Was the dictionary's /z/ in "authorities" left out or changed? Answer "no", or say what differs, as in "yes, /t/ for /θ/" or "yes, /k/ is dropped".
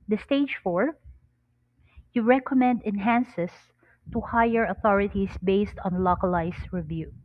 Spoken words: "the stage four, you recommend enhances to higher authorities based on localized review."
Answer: yes, /s/ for /z/